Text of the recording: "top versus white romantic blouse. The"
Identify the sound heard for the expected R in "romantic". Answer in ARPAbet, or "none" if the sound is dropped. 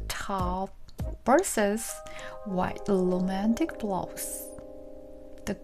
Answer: L